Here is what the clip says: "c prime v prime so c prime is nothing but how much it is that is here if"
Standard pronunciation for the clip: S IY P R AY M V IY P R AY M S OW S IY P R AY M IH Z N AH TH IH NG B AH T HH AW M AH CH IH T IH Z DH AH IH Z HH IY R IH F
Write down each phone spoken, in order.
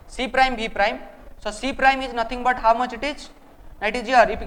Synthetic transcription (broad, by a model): S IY P R AY M B IY P R AY M S OW S IY P R AY M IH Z N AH T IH NG B AH T HH AW M AH CH IH T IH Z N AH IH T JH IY R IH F